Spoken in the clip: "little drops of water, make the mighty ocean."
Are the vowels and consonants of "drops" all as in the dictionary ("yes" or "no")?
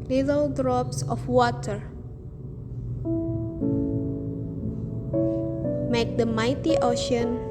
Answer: yes